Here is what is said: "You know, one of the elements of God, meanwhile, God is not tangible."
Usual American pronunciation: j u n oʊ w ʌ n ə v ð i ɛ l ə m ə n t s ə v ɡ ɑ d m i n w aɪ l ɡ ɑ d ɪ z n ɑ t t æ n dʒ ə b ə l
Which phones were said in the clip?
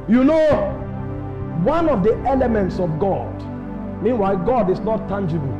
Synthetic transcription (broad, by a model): j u n oʊ w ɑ n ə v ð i ɛ l ə m ə n t s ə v ɡ ɑ d m i n w aɪ ɡ ɑ d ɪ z n ɑ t t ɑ n dʒ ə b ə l